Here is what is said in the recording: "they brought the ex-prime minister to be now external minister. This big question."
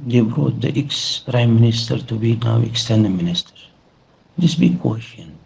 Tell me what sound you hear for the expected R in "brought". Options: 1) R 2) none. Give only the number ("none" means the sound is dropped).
1